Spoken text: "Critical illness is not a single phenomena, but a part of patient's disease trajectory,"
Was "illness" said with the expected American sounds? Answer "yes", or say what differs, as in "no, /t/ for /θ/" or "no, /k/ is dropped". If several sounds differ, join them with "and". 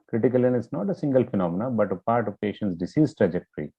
no, /l/ is dropped